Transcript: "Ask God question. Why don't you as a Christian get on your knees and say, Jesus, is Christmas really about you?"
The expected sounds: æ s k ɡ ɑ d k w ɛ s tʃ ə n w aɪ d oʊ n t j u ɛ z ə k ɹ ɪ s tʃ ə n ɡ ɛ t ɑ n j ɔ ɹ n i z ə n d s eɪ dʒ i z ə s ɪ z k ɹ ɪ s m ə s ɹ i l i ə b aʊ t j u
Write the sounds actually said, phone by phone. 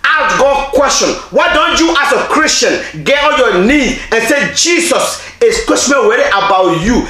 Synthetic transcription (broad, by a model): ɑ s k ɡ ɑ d k w ɛ s tʃ ə n w aɪ d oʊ n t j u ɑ s ə k ɹ ɪ s tʃ ə n ɡ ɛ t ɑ l j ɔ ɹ n i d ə n s eɪ dʒ i s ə s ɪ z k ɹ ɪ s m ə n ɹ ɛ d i ə b aʊ t j u